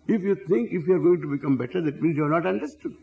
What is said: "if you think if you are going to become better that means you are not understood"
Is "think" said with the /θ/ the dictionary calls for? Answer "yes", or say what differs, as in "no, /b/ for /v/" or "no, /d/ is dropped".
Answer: no, /t/ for /θ/